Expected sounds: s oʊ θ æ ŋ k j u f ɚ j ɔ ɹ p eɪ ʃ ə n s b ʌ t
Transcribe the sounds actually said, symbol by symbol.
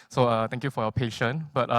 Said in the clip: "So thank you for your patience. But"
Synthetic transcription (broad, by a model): s oʊ t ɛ ŋ k j u f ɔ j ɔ p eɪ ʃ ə n b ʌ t